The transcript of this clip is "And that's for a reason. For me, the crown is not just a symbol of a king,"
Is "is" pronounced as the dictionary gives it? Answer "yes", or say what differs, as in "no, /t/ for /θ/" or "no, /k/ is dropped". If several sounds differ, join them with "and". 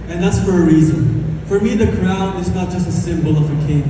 yes